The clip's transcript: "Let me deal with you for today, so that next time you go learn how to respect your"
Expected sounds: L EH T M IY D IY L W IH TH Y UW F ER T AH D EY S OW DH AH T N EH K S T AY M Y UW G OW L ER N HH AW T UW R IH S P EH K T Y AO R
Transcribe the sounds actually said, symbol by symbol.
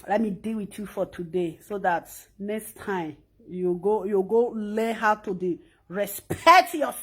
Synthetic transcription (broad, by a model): L EH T M IY D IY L W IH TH Y UW F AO T AH D EY S OW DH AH T N EH K S T AY M Y UW G OW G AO L HH AW T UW R IH S P EH K T Y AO